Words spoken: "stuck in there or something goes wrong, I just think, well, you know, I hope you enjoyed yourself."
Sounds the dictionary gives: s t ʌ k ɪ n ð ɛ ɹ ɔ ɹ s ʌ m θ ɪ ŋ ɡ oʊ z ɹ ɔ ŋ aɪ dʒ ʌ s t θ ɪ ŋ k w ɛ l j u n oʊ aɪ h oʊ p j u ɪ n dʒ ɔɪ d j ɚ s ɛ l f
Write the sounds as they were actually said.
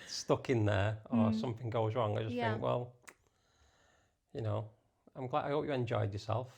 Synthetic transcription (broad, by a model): s t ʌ k ɪ n ð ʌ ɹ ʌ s s ʌ m θ ɪ ŋ ɡ oʊ z ɹ ɔ ŋ aɪ dʒ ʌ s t θ ɪ ŋ k w ɛ l j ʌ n oʊ aɪ h oʊ p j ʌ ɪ n dʒ ɔɪ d j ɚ s ɛ l f